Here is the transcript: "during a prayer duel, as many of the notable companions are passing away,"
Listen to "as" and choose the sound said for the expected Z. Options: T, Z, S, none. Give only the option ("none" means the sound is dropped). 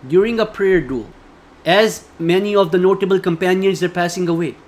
Z